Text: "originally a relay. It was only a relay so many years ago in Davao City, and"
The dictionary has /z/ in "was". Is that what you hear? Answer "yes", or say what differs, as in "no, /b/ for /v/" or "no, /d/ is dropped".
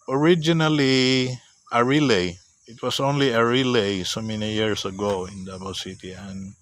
no, /s/ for /z/